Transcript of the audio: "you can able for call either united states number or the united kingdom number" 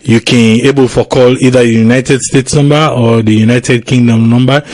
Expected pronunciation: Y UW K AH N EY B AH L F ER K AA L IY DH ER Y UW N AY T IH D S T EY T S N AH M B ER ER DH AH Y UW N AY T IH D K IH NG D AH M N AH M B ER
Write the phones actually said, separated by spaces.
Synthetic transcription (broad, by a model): Y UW K AH N EY B AH L F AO K AA L IY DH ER Y UW N AY T IH D S T EY T S N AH M B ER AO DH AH Y UW N AY T IH D K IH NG D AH M N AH M B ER